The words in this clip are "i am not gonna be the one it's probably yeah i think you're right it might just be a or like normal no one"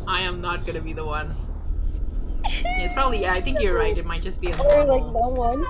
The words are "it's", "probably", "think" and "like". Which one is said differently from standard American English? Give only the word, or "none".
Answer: none